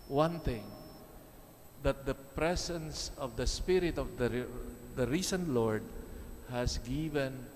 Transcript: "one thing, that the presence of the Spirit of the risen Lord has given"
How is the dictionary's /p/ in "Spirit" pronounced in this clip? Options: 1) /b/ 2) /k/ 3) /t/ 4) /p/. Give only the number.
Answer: 4